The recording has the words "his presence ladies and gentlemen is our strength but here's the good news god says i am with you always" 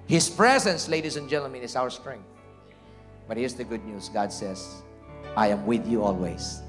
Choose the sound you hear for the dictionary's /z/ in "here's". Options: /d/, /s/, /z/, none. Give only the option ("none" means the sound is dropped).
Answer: /s/